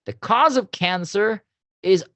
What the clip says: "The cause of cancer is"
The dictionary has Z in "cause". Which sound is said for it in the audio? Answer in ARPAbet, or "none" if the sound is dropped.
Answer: Z